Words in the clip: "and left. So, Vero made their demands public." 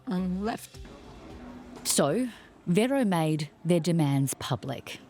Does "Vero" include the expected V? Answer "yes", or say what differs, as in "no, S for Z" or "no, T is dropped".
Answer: yes